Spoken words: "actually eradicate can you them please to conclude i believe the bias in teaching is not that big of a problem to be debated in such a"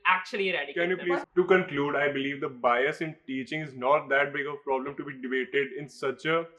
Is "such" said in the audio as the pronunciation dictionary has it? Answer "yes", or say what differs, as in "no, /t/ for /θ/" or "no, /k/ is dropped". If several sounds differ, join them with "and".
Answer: yes